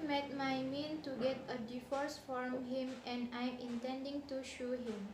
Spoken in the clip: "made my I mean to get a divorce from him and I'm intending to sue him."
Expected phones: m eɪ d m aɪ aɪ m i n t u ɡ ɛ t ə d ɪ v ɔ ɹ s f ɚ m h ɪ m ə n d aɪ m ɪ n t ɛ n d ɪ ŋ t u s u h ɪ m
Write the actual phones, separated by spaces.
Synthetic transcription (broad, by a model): m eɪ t m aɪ aɪ m i n t u ɡ ɛ t ə d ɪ f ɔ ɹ s f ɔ m h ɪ m ə n d aɪ m ɪ n t ɛ n d ɪ ŋ t u ʃ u h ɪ m